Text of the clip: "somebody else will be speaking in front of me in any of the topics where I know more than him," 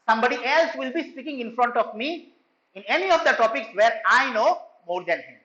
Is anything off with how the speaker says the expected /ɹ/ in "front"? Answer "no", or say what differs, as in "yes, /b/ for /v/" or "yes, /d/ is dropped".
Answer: no